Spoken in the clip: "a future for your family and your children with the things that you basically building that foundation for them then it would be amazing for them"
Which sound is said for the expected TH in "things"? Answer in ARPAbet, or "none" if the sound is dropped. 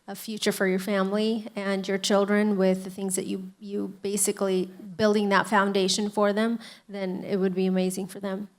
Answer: TH